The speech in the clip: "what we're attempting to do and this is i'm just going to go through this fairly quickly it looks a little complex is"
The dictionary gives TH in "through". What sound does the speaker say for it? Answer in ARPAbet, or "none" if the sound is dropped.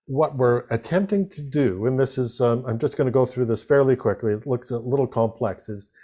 TH